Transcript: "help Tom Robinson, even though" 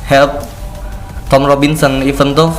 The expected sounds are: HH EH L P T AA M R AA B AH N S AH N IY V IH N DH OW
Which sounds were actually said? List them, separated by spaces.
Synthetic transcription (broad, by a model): HH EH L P T AA M R AA B AH N S AH N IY F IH N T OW